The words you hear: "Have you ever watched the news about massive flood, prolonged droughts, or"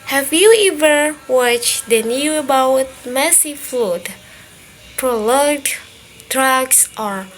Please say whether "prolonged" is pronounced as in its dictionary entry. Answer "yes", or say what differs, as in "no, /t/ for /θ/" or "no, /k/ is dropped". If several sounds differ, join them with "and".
no, /ŋ/ is dropped